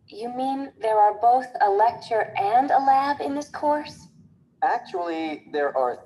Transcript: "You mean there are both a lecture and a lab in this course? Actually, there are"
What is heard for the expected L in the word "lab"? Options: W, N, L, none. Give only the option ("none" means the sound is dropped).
L